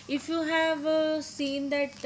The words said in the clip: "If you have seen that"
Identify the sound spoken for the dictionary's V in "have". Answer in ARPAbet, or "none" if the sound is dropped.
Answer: V